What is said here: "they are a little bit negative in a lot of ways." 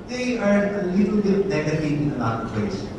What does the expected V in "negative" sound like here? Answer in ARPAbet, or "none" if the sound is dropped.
none